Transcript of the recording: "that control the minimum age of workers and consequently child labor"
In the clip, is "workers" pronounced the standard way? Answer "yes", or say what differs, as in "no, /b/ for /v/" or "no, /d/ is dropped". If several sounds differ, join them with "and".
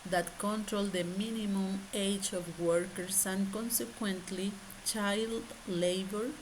no, /s/ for /z/